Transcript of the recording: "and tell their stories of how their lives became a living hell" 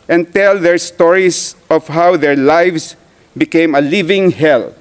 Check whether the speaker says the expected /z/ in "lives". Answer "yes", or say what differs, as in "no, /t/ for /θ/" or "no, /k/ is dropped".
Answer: no, /s/ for /z/